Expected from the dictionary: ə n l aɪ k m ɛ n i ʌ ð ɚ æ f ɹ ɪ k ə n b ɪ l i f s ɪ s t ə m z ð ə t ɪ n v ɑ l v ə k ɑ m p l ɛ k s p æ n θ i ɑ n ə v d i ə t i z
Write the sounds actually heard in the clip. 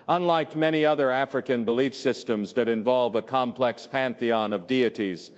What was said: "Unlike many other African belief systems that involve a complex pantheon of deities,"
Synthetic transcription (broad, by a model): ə n l aɪ k m ɛ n i ʌ ð ɚ æ f ɹ ɪ k ə n b ɪ l i f s ɪ s t ə m z ð ə t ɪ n v ɑ l v ə k ɑ m p l ɛ k s p æ n θ i ɑ n ə v d i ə t i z